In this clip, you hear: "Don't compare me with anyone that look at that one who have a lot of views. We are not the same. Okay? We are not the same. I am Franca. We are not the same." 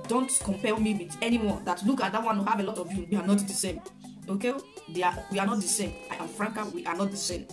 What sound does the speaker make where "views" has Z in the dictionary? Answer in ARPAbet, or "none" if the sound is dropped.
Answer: none